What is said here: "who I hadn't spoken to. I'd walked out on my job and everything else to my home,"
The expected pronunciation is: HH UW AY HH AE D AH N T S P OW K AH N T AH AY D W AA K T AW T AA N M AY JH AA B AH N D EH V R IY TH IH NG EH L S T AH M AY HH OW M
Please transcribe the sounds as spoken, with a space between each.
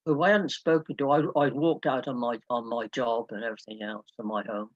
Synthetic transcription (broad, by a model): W AY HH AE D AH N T S P OW K AH N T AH AY D W AA K T AW T AA N M AY JH AA B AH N EH V R IY TH IH NG EH L S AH M AY HH OW M